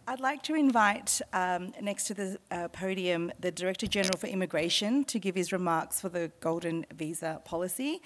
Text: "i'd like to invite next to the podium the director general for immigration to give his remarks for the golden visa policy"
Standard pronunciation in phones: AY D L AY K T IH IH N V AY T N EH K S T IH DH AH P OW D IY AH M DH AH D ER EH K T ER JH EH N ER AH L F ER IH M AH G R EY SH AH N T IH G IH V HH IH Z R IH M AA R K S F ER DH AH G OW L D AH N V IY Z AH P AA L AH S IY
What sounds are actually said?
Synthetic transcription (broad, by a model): AY D L AY K T IH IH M V AY T N EH K S T IH DH AH P OW D IY AH M DH AH D ER EH K T ER JH EH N ER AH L F ER IH M AH G R EY SH AH N T IH G IH V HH IH Z R IH M AA R K S F ER DH AH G OW L D N V IY Z AH P AA L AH S IY